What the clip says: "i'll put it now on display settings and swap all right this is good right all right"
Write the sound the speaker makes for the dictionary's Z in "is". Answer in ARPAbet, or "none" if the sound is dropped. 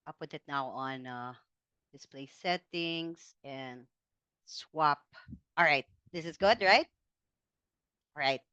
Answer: Z